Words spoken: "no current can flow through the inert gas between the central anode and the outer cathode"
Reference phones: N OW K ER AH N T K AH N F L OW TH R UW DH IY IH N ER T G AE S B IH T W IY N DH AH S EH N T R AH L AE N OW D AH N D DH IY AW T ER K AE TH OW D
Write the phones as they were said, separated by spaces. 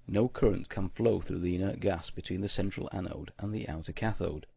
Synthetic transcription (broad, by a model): N OW K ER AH N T K AH N F L OW TH R UW DH IY IH N ER T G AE S B IH T W IY N DH AH S EH N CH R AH L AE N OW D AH N DH IY AW T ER K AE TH OW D